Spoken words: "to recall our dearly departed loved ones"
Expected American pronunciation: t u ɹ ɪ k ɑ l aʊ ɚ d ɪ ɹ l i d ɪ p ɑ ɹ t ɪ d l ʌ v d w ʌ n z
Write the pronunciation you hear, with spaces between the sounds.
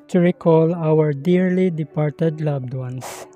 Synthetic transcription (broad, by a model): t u ɹ ɪ k ɑ l aʊ ɚ d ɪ ɹ l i d ɪ p ɑ ɹ t ɪ d l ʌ b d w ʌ n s